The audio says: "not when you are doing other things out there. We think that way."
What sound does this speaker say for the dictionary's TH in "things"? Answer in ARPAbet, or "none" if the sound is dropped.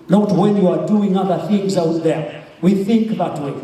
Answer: TH